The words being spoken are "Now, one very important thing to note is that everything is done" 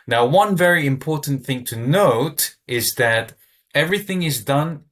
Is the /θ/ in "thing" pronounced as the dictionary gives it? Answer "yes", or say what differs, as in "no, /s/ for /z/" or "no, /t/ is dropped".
yes